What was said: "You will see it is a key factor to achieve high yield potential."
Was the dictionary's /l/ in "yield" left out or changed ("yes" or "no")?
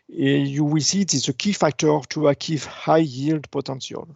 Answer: no